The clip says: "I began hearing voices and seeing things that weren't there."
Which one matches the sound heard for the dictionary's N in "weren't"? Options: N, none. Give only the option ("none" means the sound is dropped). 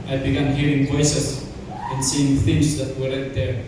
none